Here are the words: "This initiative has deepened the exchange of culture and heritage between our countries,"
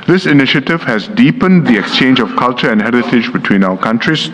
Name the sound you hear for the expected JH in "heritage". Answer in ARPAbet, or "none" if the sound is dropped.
JH